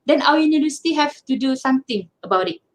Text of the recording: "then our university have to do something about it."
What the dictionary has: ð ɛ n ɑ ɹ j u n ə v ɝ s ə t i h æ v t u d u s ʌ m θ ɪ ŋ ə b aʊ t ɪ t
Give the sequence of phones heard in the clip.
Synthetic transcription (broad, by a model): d ɛ n ɑ w j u n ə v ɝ s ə t i h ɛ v t u d u s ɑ m t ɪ ŋ ə b aʊ t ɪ t